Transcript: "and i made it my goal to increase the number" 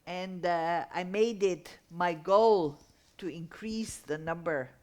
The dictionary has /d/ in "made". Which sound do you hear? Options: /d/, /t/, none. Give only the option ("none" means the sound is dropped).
/d/